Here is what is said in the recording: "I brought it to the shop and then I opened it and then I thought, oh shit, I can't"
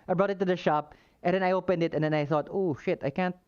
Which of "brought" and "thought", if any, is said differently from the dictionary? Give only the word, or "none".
none